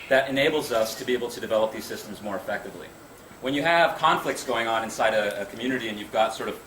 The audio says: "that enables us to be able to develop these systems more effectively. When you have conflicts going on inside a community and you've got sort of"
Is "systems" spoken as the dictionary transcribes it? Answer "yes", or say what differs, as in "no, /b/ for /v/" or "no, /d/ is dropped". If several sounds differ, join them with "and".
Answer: yes